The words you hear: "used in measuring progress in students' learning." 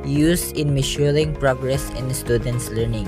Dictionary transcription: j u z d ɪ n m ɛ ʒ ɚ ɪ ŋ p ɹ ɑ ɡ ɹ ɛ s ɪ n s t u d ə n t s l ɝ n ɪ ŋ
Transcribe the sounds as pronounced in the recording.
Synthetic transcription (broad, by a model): j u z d ɪ n m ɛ ʃ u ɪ ŋ p ɹ ɑ ɡ ɹ ɛ s ɪ n s t u d ə n t s l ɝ n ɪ ŋ